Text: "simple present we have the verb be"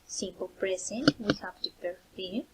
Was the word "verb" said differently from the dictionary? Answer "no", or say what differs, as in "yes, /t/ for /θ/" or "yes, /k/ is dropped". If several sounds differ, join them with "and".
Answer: yes, /p/ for /v/